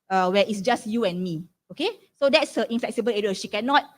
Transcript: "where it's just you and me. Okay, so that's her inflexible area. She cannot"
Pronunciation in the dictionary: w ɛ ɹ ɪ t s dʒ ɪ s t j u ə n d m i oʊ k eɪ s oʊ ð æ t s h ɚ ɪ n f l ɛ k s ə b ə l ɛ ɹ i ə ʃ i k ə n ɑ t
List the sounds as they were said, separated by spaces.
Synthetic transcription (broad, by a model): w ɛ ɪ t s dʒ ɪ s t j u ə n m i oʊ k eɪ s oʊ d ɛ t s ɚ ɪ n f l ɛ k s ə b ə l ɛ ɹ i ə ʃ i k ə n ɑ t